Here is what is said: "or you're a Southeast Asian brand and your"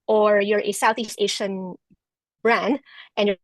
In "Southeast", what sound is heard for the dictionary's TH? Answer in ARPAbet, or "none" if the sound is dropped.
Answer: TH